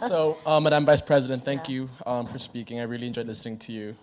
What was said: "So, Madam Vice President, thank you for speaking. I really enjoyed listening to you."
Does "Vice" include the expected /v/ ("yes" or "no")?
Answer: yes